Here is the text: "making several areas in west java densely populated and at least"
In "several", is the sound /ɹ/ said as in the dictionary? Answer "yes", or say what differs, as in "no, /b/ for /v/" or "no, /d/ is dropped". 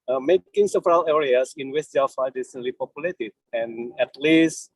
yes